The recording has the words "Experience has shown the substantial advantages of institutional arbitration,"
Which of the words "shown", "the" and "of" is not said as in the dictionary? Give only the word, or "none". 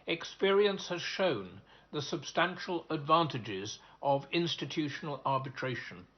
none